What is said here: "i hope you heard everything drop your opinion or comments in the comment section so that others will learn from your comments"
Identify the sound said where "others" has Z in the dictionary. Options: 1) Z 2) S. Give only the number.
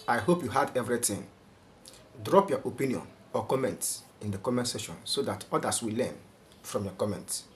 2